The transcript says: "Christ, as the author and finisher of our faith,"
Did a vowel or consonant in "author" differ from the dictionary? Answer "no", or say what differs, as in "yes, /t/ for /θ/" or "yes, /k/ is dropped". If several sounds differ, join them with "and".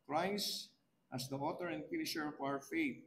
yes, /t/ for /θ/